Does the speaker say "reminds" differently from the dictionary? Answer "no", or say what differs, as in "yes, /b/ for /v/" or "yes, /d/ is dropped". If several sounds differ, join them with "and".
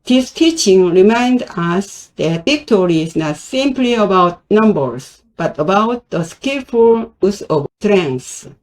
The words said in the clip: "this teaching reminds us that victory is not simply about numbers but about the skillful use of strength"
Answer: yes, /z/ is dropped